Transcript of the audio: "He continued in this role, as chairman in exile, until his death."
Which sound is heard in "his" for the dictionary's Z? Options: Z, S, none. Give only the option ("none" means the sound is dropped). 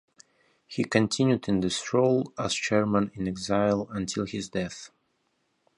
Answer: Z